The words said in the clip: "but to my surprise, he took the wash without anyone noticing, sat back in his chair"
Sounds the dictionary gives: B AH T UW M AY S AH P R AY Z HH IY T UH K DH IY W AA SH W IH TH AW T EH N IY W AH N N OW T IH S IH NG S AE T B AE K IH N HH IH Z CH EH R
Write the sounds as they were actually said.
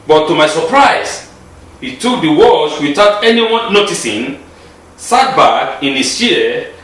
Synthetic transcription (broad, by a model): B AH T UW M AY S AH P R AY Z HH IY T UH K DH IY W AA S W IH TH AW T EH N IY W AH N N OW T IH S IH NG S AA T B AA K IH N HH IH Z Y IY